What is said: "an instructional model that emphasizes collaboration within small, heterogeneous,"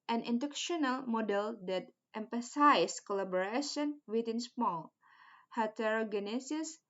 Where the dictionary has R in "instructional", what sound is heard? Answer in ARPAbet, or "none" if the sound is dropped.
none